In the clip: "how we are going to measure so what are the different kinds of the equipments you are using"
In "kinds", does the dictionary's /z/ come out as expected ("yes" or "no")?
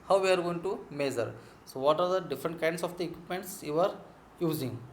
no